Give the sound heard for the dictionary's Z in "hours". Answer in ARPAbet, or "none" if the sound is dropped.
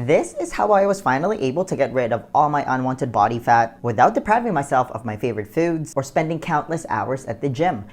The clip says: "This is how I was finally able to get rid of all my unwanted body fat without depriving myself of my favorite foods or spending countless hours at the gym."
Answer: Z